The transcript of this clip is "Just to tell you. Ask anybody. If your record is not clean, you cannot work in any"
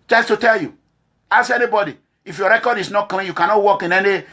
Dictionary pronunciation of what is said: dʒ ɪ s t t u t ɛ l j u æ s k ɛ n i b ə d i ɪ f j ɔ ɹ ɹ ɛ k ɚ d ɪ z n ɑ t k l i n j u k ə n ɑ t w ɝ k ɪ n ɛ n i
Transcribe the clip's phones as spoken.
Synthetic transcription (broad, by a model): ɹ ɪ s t t u t ɛ l j u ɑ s ɛ n i b ə d i ɪ f j ɔ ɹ ɹ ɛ k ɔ d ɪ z n ɑ t k l i n j u k ə n ɑ t w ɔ k ɪ n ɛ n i